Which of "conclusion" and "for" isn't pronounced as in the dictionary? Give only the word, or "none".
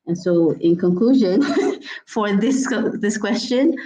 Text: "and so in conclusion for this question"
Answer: none